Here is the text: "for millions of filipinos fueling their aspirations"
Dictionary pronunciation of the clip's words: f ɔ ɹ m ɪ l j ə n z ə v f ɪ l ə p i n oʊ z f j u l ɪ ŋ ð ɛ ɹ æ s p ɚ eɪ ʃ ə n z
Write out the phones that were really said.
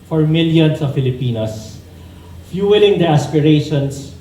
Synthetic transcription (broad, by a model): f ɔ ɹ m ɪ l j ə n s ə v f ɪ l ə p i n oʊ s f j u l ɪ ŋ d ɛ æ s p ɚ eɪ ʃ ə n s